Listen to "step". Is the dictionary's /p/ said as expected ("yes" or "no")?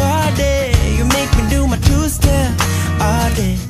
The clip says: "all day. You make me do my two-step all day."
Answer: no